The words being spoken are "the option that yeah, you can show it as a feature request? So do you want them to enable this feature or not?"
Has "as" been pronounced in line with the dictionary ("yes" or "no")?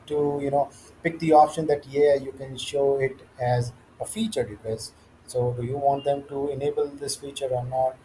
yes